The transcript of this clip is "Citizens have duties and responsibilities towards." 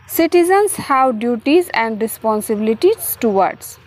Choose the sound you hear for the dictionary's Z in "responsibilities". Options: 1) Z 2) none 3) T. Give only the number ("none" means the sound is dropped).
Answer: 2